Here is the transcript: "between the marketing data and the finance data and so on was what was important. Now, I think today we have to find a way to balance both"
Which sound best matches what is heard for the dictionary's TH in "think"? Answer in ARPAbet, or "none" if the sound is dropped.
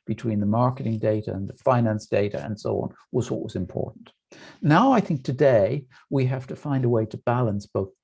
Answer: TH